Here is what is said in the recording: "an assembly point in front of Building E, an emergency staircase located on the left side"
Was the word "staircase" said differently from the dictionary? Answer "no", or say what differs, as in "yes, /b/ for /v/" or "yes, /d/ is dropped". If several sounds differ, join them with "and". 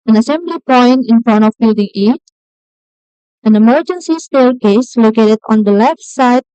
yes, /l/ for /ɹ/